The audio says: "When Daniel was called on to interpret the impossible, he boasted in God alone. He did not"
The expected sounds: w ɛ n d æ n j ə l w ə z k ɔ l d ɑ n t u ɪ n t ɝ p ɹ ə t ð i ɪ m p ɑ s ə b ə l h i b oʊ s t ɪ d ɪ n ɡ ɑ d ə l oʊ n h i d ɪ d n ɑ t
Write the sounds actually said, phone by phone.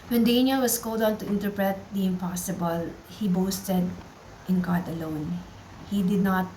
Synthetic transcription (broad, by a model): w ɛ n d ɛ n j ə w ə s k ɔ l d ɑ n t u ɪ n t ɝ p ɹ ə t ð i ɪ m p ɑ s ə b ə l h i b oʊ s t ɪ d ɪ n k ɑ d ə l oʊ n h i d ɪ d n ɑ t